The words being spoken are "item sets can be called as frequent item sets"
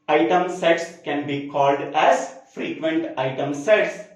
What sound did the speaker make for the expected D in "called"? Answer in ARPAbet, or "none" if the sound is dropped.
D